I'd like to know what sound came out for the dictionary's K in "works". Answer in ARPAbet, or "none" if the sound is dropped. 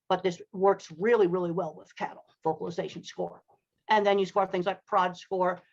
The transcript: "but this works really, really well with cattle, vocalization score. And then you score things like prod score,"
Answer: K